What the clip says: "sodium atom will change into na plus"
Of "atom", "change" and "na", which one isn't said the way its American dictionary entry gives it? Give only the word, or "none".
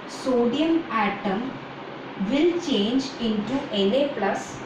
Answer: na